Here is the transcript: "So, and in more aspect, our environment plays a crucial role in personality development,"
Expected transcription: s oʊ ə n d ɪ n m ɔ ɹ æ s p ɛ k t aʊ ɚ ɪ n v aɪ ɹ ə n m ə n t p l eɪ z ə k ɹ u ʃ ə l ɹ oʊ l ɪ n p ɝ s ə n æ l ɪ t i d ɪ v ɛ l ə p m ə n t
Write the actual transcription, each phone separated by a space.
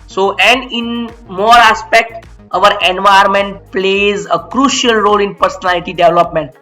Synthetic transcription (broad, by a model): s oʊ ə n d ɪ n m ɔ ɹ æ s p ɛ k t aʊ ɚ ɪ n v aɪ ə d m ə n t p l eɪ z ə k ɹ u ʃ ə l ɹ oʊ l ɪ n p ɝ s ə n æ l ɪ t i d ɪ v l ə p m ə n t